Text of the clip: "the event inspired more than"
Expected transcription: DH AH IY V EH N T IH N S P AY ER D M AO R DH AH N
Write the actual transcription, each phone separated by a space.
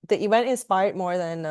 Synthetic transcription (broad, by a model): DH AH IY W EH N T IH N S P AY ER D M AO R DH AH N